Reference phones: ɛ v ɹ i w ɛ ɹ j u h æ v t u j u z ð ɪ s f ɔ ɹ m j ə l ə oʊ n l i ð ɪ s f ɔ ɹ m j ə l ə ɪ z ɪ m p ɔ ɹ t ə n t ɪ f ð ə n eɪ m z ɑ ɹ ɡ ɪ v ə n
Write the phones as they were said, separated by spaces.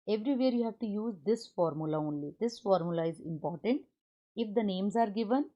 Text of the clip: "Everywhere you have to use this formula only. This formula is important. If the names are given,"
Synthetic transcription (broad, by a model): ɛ v ɹ i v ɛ ɹ j u h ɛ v t u j u z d ɪ s f ɔ ɹ m j ə l ə oʊ n l i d ɪ s f ɔ ɹ m j ə l ə ɪ z ɪ m p ɔ ɹ t ə n t ɪ f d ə n eɪ m z ɑ ɹ ɡ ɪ v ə n